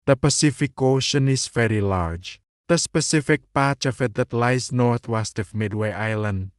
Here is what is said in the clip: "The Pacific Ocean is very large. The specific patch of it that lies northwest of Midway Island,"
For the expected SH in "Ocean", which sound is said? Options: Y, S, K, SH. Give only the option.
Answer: SH